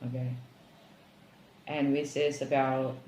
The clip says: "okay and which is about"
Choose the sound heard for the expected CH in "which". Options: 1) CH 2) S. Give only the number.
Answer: 2